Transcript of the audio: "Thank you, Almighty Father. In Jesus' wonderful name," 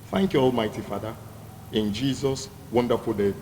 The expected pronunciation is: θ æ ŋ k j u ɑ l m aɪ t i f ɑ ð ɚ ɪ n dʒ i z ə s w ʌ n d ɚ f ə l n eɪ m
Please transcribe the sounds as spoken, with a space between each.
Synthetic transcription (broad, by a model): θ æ ŋ k j u ɑ l m aɪ t i f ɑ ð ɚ ɪ n dʒ i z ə s w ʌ n d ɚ f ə l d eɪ